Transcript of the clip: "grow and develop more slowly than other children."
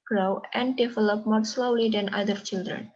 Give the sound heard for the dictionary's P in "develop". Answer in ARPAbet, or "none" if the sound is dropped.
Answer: P